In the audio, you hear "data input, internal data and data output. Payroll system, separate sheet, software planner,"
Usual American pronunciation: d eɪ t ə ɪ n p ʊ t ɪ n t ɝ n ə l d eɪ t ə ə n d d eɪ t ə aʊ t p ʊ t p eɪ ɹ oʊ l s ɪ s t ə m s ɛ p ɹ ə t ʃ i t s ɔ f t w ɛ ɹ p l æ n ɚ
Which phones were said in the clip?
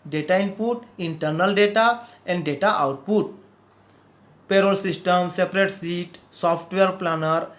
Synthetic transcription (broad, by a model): d eɪ t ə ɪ n p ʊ t ɪ n t ɝ n ə l d eɪ t ə ə n d d eɪ t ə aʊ t p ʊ t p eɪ ɹ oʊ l s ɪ s t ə m s ɛ p ɹ ə t s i t s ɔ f t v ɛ ɹ p l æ n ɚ